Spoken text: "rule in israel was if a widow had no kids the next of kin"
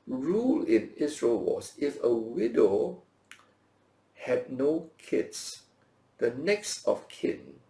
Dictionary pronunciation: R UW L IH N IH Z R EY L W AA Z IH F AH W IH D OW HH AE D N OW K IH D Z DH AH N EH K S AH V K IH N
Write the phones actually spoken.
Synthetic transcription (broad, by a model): R UW L IH N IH S R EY L W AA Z IH F AH W IH D OW HH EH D N OW K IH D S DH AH N EH K S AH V K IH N